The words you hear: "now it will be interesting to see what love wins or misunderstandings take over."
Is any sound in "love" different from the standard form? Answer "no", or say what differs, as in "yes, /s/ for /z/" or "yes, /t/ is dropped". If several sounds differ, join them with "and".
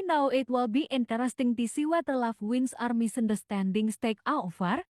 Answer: yes, /f/ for /v/